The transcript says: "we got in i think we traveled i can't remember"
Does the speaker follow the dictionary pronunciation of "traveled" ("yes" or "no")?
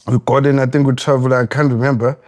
no